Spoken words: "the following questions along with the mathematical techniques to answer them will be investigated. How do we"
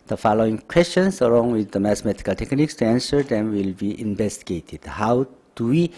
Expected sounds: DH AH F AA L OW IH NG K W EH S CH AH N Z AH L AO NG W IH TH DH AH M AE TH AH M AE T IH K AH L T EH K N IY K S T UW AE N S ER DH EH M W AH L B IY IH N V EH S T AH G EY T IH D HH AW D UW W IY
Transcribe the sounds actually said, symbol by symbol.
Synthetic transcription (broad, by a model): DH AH F AA L OW IH NG K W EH S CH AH N S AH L AO NG W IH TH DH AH M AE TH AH M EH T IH K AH L T EH K N IY K S T UW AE N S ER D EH M W AH L B IY IH N V EH S T AH G EY T IH D HH AW D UW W IY